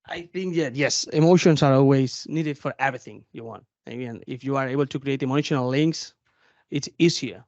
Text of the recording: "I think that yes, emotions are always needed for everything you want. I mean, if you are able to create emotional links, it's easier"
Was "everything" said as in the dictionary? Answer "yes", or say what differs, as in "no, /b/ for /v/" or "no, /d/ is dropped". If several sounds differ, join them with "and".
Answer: yes